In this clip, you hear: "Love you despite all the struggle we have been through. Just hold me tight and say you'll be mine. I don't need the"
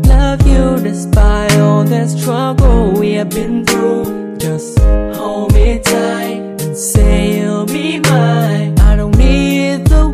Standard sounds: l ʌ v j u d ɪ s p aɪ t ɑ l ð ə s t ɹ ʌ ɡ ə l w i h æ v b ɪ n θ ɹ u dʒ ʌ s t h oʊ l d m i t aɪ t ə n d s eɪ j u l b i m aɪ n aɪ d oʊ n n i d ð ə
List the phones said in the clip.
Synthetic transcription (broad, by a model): l ʌ v j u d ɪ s b aɪ ɑ l ð ə s t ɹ ʌ ɡ l w i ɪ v b ɪ n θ ɹ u dʒ ʌ s t h oʊ m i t aɪ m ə n s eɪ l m i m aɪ aɪ d oʊ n n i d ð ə